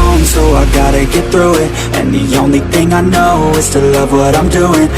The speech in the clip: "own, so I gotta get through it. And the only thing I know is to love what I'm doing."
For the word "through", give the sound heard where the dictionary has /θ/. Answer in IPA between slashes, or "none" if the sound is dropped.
/θ/